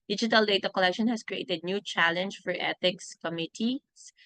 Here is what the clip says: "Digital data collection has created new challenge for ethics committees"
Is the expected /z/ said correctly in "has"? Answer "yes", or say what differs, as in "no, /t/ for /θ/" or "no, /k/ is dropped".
no, /s/ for /z/